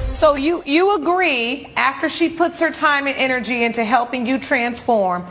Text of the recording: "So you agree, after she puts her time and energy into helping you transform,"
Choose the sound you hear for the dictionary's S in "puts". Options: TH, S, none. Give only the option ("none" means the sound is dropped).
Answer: S